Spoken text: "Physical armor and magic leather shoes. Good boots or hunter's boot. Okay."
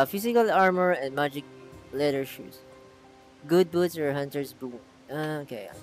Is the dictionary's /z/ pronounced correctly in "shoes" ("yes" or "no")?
no